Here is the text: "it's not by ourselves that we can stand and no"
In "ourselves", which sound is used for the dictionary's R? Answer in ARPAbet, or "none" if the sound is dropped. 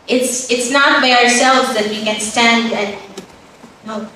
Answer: R